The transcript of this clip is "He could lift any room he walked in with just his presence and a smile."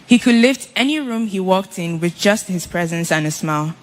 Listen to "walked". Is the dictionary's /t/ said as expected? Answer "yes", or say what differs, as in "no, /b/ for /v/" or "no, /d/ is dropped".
yes